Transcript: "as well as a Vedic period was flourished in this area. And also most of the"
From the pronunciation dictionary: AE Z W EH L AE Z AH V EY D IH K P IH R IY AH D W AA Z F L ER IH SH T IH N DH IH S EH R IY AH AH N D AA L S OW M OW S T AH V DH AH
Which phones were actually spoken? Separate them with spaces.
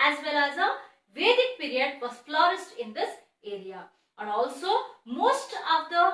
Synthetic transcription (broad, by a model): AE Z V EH L AE Z AH V EY D IH K P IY R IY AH D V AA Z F L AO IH S T IH N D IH S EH R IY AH AH N D AA L S OW M OW S T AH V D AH